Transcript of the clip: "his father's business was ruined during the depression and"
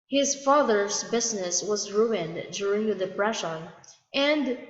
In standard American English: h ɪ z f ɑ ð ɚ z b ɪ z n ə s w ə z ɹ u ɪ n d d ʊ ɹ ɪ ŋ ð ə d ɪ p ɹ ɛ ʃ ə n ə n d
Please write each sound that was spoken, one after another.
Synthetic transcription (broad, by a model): h ɪ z f ɑ ð ɚ z b ɪ z n ə s w ə z ɹ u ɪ n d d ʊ ɹ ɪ ŋ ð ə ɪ b ɹ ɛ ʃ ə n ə n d